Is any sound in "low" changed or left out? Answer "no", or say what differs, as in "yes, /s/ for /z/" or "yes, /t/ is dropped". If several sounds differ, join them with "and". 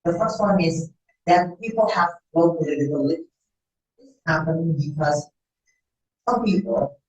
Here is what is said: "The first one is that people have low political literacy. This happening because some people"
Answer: yes, /w/ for /l/